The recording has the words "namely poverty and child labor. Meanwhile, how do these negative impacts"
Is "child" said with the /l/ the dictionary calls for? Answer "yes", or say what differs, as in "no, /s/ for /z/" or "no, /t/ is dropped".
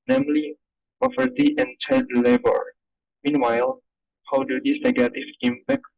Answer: no, /l/ is dropped